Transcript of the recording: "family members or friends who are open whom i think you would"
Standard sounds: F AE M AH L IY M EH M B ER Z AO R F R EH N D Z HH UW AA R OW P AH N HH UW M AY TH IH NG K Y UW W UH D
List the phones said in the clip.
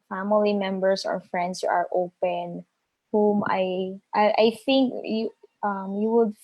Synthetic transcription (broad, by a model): F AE M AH L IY M EH M B ER S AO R F R EH N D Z HH UW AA R OW P AH N HH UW M AY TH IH NG K Y UW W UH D